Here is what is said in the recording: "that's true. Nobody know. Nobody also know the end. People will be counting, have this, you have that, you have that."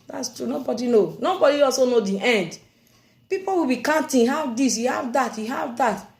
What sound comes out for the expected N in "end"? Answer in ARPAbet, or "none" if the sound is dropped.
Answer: N